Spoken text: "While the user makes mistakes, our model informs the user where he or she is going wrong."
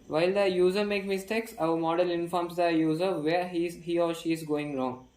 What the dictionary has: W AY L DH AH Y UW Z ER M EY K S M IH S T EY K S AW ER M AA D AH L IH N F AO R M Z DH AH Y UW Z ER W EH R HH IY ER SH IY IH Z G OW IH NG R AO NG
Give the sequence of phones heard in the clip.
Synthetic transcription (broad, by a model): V AY L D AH Y UW Z ER M EY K M IH S T EY K S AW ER M AA D AH L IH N F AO R M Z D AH Y UW Z ER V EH R HH IY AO SH IY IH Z G OW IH NG R AO NG